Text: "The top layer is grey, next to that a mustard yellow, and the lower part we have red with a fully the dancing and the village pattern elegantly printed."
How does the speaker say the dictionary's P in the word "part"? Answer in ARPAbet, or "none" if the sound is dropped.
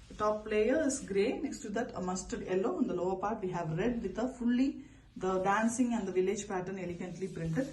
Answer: P